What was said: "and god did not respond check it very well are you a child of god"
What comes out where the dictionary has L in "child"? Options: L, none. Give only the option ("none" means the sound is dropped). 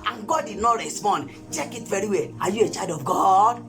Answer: none